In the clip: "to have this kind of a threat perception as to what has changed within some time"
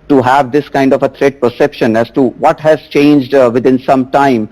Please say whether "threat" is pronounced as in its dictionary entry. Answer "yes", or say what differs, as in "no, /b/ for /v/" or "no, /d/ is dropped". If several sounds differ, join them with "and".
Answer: no, /t/ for /θ/